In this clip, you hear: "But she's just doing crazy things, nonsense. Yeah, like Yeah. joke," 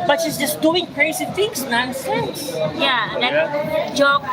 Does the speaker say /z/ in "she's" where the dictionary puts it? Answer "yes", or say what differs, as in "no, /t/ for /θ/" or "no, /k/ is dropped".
no, /s/ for /z/